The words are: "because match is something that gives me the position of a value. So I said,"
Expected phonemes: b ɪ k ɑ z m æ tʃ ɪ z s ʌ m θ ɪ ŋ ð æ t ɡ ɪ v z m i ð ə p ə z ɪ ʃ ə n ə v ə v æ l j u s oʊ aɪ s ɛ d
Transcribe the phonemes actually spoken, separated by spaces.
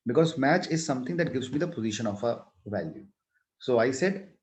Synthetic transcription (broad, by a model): b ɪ k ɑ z m æ tʃ ɪ z s ʌ m t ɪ ŋ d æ t ɡ ɪ v z m i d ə p ə z ɪ ʃ ə n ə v ə v æ l j u s oʊ aɪ s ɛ d